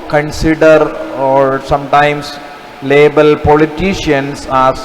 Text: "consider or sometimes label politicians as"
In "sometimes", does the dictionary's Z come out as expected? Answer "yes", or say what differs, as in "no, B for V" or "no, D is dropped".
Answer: no, S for Z